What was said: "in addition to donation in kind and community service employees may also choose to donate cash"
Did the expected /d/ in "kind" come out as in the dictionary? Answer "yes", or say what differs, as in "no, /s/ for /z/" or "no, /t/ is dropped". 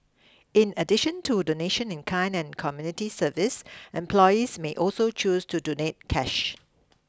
no, /d/ is dropped